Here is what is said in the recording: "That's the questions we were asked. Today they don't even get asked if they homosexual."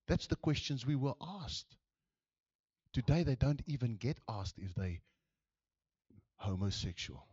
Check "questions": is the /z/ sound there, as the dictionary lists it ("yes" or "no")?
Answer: yes